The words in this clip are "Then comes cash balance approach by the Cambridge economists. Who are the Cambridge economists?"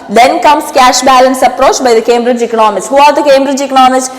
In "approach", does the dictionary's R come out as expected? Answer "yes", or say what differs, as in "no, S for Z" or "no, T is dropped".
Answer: yes